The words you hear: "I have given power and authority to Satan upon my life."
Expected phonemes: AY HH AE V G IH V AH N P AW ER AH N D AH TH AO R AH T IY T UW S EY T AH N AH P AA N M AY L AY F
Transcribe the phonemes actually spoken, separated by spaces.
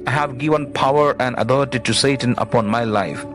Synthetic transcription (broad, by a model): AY HH AE V G IH V AH N P AW ER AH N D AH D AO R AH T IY T UW S EY T AH N AH P AA N M AY L AY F